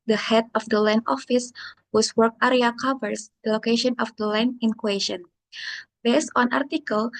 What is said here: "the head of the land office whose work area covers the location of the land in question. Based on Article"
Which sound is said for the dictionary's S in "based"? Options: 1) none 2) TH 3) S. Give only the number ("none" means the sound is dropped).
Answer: 3